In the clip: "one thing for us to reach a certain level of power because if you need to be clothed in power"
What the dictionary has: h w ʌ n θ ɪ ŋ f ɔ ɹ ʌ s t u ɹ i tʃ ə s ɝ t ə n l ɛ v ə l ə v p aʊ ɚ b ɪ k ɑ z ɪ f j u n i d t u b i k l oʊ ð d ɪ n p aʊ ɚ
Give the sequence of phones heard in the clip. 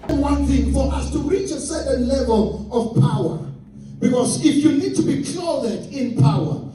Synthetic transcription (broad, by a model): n w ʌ n θ ɪ ŋ f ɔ ɹ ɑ s t u ɹ i tʃ ə s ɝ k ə n l ɛ v ə l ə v p aʊ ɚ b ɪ k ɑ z ɪ f j u n i d t u b i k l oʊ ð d ɪ n p aʊ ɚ